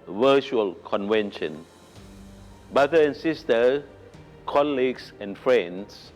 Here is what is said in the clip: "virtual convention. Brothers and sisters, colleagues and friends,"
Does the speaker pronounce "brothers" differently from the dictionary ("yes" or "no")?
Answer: yes